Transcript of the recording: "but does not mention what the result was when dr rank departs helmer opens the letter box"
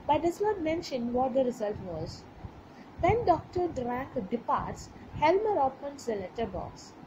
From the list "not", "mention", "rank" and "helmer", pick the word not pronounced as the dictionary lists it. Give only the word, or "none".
rank